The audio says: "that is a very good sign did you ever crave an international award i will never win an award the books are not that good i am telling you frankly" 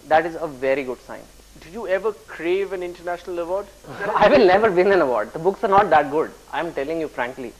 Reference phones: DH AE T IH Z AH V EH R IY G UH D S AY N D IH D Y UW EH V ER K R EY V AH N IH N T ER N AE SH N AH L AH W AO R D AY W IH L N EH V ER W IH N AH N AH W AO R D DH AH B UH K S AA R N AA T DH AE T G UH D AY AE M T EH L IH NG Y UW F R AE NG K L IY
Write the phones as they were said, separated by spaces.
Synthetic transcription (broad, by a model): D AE T IH Z AH V EH R IY G UH D S AY N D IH Y UW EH V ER K R EY V AH N IH N T ER N AE SH N AH L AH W AO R D AY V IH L N EH V ER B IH N AH N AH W AO R D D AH B UH K S AA R N AA T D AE T G UH D AY M T EH L IH NG Y UW F R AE NG K L IY